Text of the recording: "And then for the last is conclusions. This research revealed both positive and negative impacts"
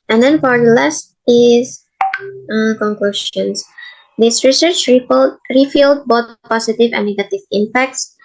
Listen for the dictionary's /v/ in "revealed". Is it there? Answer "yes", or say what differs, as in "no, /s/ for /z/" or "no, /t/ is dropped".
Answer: no, /f/ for /v/